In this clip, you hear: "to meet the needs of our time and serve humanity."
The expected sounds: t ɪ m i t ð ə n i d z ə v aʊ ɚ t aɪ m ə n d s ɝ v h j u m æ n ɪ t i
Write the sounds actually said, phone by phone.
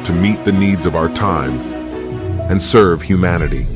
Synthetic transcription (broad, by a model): t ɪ m i t ð ə n i d z ə v aʊ ɚ t aɪ m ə n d s ɝ v h j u m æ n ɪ t i